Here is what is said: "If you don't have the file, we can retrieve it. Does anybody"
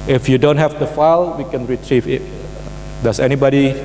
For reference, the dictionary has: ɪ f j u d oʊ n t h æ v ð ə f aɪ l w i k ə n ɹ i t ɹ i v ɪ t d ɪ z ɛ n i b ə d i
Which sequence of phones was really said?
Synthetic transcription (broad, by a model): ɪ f j u d oʊ n t h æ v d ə f aɪ l w i k ə n ɹ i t ɹ i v ɪ t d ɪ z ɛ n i b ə d i